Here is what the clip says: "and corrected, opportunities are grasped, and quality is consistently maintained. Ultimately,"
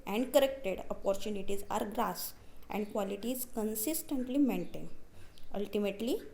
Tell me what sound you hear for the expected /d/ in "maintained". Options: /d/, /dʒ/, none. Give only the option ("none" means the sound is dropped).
none